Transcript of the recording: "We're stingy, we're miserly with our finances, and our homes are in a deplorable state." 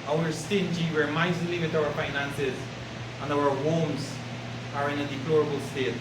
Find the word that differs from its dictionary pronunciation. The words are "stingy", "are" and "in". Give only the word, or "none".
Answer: none